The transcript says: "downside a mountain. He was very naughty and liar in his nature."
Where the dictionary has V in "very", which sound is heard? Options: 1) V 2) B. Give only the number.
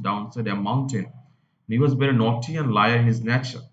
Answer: 2